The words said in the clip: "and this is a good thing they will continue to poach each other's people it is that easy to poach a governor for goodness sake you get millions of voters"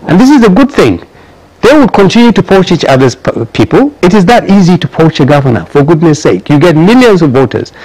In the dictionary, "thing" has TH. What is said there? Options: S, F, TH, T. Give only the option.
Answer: TH